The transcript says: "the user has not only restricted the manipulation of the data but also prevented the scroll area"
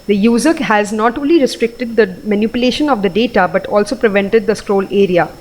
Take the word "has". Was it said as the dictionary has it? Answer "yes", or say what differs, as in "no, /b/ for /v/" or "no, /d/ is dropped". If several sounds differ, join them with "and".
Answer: yes